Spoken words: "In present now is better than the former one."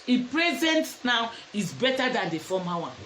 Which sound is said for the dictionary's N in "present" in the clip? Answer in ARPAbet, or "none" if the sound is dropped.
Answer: N